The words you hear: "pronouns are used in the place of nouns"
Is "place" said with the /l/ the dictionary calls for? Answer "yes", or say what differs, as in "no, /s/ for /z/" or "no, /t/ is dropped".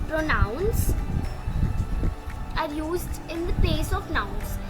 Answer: no, /l/ is dropped